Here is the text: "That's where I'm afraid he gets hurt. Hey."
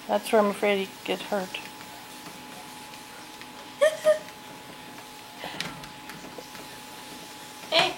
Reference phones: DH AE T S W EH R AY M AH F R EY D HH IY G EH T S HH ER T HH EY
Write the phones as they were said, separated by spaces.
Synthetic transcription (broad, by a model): DH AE T S W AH R AY M AH F R EY D HH IY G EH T HH ER T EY